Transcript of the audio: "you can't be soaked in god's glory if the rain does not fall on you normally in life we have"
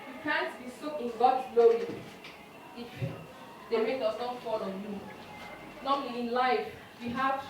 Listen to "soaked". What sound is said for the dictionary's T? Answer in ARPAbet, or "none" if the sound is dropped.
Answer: none